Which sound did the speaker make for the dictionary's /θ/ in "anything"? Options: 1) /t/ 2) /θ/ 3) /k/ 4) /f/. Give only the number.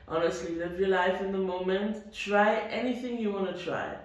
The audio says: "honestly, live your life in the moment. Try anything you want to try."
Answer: 2